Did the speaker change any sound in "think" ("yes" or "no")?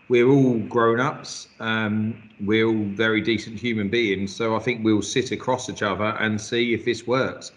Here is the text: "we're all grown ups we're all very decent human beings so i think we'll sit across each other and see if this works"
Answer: no